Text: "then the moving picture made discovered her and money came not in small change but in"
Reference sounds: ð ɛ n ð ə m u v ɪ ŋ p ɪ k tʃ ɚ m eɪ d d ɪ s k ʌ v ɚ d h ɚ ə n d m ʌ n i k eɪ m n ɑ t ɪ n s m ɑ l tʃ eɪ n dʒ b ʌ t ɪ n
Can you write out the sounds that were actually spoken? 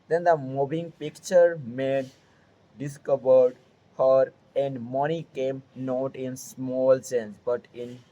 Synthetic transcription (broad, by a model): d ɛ n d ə m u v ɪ ŋ p ɪ k tʃ ɚ m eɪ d d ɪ s k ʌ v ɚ d h ɚ ə n d m ʌ n i k eɪ m n ɑ t ɪ n s m ɑ l s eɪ n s b ʌ t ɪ n